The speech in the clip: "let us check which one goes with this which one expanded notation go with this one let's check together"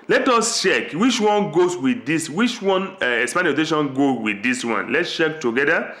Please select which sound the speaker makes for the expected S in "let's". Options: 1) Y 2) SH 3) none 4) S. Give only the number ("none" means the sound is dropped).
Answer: 4